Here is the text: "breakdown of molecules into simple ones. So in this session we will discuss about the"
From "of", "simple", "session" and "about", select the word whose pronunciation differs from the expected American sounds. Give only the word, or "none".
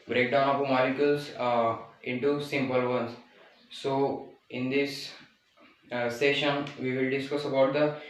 of